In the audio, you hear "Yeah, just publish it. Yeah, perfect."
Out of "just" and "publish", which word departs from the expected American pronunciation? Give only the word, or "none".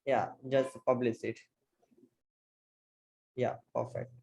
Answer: publish